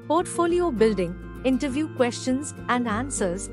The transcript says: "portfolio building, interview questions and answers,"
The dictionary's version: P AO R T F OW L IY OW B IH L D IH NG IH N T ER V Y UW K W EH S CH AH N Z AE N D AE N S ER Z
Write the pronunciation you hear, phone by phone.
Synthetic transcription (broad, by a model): P AO R T F OW L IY OW B IH L D IH NG IH N T ER V Y UW K W EH S CH AH N Z AE N D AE N S ER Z